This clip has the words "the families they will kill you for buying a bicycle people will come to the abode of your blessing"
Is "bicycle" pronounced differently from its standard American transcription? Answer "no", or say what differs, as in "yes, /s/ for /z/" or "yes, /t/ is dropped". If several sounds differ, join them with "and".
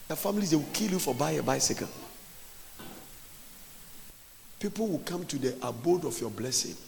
yes, /n/ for /l/